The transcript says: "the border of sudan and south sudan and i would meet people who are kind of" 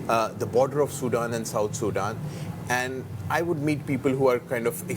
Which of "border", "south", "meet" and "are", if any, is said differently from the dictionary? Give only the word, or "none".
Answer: south